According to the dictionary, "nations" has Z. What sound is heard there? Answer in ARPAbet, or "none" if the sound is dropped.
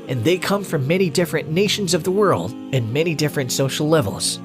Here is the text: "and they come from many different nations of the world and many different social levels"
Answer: Z